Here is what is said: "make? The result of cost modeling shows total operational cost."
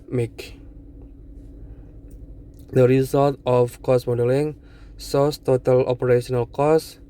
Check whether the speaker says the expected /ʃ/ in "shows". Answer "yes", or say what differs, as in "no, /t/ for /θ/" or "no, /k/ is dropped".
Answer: no, /s/ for /ʃ/